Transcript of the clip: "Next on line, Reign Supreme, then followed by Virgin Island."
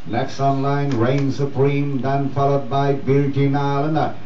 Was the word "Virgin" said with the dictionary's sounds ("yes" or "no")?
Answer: no